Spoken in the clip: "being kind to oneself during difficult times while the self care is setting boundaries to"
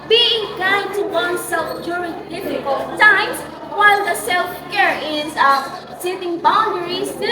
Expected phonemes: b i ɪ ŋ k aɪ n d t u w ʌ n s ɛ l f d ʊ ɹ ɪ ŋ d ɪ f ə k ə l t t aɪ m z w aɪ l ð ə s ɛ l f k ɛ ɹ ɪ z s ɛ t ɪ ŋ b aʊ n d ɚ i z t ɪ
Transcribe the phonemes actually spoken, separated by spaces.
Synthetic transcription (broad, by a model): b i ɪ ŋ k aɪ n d t u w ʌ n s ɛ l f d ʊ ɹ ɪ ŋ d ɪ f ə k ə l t t aɪ m s w aɪ l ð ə s ɛ l f k ɛ ɹ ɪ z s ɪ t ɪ ŋ b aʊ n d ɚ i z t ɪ